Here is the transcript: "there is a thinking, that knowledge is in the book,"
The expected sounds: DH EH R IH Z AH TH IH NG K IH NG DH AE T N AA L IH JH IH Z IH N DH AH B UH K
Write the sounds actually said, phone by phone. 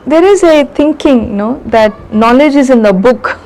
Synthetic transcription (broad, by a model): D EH R IH Z AH T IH NG K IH NG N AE T N AA L IH JH IH Z IH N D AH B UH K